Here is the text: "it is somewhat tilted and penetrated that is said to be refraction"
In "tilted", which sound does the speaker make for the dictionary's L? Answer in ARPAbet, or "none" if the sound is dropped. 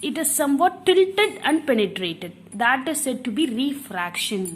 L